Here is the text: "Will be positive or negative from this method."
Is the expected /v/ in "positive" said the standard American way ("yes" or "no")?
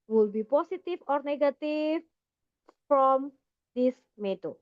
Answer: no